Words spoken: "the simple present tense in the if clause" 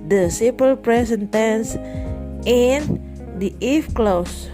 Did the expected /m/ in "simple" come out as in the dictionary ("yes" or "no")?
no